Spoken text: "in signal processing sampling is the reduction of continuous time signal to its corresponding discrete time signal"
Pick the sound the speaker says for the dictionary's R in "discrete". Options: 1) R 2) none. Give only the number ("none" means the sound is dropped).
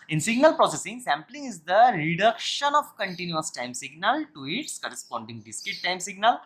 2